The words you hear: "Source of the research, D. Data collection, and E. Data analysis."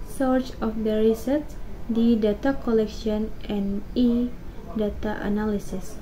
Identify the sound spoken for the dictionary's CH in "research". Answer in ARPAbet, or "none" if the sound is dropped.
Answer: S